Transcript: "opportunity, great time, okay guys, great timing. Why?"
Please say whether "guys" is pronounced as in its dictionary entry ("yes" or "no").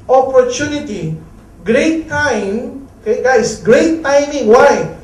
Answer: no